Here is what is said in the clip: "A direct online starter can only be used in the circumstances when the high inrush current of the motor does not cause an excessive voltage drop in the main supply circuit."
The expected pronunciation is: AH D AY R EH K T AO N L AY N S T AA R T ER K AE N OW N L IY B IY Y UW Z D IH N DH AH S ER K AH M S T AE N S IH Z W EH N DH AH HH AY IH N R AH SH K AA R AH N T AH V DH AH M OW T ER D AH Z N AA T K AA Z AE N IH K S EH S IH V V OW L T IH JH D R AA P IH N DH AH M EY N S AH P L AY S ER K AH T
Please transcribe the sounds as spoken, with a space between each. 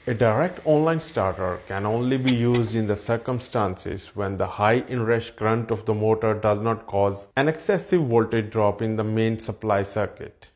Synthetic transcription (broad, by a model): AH D AY R EH K T AO N L AY N S T AA R T ER K AE N OW N L IY B IY Y UW Z D IH N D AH S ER K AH M S T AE N S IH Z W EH N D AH HH AY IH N R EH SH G R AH N T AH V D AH M OW T ER D AH Z N AA T K AA Z AE N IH K S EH S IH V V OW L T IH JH D R AA P IH N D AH M EY N S AH P L AY S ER K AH T